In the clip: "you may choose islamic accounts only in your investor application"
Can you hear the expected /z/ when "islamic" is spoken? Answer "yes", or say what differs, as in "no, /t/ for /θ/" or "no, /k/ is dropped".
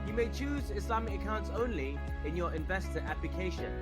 no, /s/ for /z/